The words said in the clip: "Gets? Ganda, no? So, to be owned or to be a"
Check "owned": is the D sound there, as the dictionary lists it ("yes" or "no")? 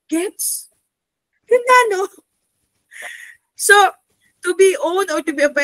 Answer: no